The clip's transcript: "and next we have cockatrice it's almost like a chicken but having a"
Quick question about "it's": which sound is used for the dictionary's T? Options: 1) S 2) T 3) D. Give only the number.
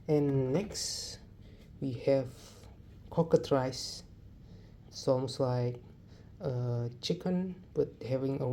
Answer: 1